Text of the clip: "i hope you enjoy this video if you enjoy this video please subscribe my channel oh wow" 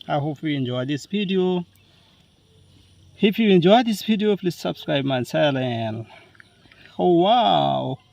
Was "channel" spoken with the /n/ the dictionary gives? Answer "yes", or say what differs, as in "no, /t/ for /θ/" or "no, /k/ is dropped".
no, /l/ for /n/